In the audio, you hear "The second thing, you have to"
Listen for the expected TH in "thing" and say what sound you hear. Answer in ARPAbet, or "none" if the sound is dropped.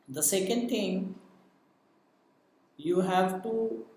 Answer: T